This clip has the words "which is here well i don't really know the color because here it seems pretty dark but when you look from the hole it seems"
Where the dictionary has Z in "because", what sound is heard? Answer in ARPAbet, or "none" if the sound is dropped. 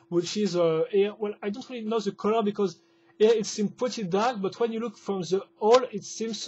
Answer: Z